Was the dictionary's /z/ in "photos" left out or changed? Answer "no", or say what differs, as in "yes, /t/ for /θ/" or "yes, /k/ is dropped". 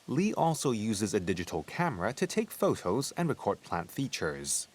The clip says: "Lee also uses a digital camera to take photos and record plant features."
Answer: no